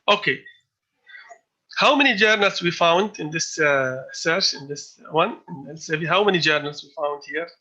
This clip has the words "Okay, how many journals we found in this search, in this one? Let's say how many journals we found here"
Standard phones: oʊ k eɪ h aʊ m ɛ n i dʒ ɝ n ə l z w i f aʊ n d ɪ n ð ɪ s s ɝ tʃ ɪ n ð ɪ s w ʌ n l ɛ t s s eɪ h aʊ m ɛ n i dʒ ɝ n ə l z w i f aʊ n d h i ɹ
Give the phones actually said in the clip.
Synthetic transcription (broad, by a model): oʊ k eɪ h aʊ m ɛ n i dʒ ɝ n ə l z w i f aʊ n d ɪ n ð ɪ s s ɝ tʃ ɪ n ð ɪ s w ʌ n n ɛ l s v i h aʊ m ɛ n i dʒ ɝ n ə l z w i f aʊ n d h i ɹ